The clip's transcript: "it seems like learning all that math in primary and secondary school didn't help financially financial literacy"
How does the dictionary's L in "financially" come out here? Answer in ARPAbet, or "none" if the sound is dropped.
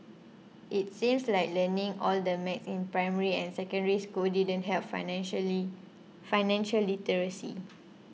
none